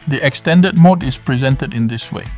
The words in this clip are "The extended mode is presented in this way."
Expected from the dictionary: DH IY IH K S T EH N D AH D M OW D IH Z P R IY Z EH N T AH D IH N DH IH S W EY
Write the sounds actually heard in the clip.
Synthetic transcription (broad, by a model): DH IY IH K S T EH N D AH D M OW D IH S P R IY Z EH N T AH D IH N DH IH S W EY